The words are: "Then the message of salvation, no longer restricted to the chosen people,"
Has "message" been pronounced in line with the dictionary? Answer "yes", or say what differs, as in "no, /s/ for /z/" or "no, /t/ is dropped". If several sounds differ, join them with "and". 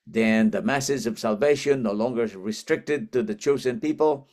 no, /z/ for /dʒ/